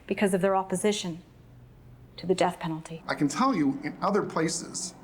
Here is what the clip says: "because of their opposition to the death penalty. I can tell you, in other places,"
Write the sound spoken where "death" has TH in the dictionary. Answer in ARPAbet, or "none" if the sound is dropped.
TH